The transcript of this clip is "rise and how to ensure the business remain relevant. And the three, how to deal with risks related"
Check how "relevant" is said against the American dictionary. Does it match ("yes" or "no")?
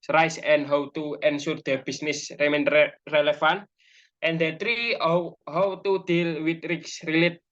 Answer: no